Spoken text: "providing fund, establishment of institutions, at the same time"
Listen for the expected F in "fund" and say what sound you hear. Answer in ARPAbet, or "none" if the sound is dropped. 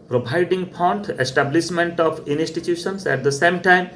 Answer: P